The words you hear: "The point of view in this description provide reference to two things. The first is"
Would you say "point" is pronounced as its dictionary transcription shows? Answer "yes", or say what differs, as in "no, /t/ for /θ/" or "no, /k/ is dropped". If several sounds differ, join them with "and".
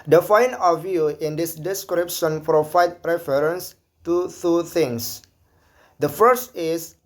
no, /f/ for /p/